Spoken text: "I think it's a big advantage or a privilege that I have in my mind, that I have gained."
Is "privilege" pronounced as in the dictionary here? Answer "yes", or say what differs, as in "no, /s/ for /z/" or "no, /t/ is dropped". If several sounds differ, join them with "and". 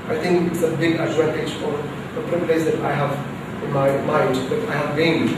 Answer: no, /p/ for /v/